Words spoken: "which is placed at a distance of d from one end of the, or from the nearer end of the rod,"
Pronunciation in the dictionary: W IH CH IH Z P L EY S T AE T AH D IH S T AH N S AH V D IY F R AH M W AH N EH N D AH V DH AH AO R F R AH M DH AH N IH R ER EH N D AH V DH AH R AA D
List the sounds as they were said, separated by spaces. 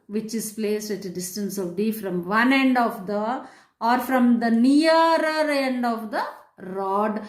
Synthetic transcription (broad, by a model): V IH CH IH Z P L EY S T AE T AH D IH S T AH N S AH V D IY F R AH M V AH N EH N D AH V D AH AO R F R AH M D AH N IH ER EH N D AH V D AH R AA D